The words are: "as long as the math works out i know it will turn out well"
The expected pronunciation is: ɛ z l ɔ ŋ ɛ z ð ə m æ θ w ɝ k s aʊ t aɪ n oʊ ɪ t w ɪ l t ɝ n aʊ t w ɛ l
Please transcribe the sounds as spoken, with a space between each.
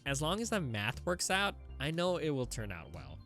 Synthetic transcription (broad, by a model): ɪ z l ɔ ŋ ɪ z ð ə m æ θ w ɝ k s aʊ t aɪ n oʊ ɪ t w ɪ l t ɝ n aʊ t w ɛ l